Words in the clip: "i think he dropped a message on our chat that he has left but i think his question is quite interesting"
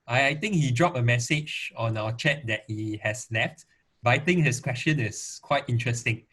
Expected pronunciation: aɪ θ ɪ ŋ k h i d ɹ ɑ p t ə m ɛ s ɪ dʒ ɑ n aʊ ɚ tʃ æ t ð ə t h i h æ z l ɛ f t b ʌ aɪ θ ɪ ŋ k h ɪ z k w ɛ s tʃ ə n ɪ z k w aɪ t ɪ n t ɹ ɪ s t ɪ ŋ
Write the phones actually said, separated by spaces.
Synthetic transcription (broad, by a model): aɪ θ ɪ ŋ k h i d ɹ ɑ p ə m ɛ s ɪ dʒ ɑ n aʊ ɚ tʃ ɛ t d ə t h i h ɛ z l ɛ f t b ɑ aɪ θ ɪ ŋ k h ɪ s k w ɛ s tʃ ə n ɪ s k w aɪ t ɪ n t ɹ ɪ s t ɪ ŋ